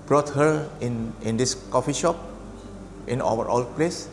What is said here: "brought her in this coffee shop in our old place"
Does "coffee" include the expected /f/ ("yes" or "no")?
yes